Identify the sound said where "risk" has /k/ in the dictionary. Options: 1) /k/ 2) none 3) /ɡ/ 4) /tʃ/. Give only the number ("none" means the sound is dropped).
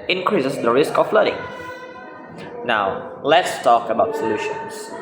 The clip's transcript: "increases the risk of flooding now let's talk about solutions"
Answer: 1